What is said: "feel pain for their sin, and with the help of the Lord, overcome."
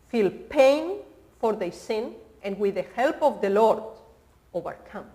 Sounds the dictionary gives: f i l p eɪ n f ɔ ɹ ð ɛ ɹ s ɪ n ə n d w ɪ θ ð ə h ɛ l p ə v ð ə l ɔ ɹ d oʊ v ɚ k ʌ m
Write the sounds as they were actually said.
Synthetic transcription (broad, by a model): f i l p eɪ n f ɔ ɹ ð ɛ s ɪ n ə n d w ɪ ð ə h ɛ l p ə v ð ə l ɔ ɹ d oʊ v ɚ k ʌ m